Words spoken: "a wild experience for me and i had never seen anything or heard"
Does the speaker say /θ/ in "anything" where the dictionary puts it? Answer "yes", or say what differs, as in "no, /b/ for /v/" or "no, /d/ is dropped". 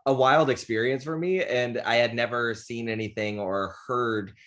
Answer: yes